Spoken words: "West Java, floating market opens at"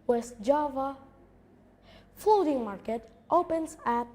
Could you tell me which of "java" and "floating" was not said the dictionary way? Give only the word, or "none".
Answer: floating